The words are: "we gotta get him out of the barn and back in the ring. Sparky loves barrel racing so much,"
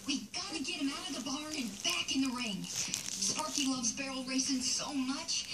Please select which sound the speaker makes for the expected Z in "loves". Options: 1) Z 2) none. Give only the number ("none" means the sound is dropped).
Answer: 1